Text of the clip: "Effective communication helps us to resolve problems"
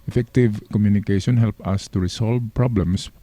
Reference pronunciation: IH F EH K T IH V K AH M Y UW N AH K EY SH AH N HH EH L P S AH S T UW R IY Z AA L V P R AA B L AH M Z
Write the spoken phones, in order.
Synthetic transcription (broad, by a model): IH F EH K T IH V K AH M Y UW N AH K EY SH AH N HH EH L P AH S T UW R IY S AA L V P R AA B L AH M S